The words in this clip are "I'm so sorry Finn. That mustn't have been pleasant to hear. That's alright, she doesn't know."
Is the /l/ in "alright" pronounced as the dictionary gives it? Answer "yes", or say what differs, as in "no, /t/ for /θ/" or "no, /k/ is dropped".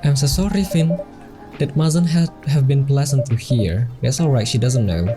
yes